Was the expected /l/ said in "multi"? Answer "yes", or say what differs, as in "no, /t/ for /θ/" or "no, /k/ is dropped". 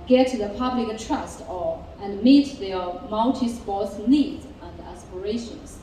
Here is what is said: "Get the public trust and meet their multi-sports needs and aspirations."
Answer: no, /n/ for /l/